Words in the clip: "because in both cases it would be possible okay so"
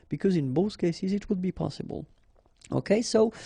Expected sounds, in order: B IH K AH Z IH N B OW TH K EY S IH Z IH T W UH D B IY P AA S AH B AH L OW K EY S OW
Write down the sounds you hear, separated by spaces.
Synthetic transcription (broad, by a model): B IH K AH Z IH N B OW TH K EY S IH Z IH T W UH D B IY P AA S AH B AH L OW K EY S OW